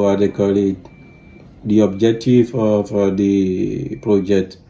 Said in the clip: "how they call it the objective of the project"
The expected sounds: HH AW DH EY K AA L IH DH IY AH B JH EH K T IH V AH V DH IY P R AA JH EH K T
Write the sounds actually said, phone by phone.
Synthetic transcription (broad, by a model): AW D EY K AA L IH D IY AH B JH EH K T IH F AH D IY P R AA JH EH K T